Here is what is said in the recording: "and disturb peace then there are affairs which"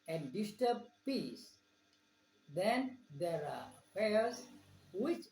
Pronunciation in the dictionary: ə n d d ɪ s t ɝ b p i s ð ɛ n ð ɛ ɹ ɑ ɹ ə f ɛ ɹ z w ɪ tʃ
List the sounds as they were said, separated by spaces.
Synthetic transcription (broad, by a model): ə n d d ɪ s t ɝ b p i s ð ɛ n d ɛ ɹ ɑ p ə ʌ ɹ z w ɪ tʃ